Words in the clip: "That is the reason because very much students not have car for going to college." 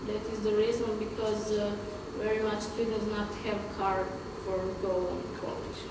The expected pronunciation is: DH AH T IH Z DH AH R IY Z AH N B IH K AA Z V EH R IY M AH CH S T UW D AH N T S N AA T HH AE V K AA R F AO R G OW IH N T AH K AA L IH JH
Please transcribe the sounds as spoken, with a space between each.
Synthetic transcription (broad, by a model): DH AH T IH Z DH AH R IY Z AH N B IH K AA Z V EH R IY M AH CH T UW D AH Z N AA T HH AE V K AA R F AO R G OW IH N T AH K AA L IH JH